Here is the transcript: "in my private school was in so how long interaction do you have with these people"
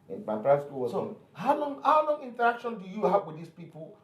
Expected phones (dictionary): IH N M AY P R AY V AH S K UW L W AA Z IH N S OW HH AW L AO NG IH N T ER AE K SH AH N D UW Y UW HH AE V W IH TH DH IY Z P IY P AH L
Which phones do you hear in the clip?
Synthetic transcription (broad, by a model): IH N M AY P R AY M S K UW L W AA S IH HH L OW HH AW L AO NG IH N T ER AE K SH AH N D UW Y UW HH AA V W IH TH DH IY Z P IY P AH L